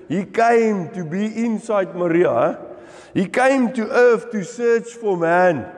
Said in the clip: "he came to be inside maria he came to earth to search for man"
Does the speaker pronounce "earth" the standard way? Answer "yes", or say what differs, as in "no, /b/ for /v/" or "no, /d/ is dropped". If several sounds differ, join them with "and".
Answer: no, /f/ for /θ/